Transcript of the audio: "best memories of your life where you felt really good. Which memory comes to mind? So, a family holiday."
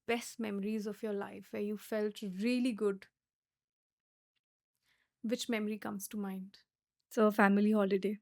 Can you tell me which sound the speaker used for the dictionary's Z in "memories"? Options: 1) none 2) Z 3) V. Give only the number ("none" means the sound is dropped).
2